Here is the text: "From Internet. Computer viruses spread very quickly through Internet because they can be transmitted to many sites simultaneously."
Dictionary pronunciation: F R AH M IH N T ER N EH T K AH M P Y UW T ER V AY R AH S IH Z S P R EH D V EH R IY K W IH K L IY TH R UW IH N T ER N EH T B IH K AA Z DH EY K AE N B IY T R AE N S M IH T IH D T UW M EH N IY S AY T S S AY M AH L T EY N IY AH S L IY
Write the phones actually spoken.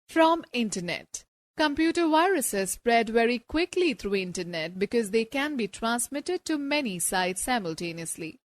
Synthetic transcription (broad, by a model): F R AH M IH N T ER N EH T K AH M P Y UW T ER V AY R AH S IH Z S P R EH D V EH R IY K W IH K L IY T R UW IH N T ER N EH T B IH K AA Z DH EY K AE N B IY T R AE N S M IH T IH D T UW M EH N IY S AY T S S AY M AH L T EY N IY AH S L IY